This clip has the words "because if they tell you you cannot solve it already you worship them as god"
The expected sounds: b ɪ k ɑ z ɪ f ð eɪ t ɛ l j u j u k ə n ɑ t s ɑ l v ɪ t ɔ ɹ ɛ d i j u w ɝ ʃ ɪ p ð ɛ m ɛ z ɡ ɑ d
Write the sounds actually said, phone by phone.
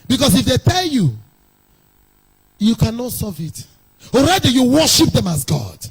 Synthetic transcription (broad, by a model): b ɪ k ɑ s ɪ f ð eɪ t ɛ l j u j u k ə n ɑ t s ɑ v ɪ t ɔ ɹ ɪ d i j u w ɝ ʃ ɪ p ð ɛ m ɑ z ɡ ɑ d